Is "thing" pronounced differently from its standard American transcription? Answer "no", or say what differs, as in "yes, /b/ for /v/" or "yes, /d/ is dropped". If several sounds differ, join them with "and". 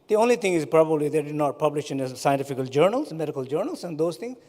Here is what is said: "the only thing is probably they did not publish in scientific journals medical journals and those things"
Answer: yes, /t/ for /θ/